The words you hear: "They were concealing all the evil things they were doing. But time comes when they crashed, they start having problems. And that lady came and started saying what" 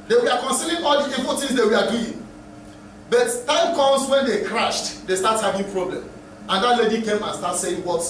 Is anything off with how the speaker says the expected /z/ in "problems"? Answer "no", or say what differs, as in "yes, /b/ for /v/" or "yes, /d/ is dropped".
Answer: yes, /z/ is dropped